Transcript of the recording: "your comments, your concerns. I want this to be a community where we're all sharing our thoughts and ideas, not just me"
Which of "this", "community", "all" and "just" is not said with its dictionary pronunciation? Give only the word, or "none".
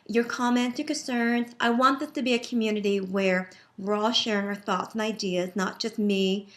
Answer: this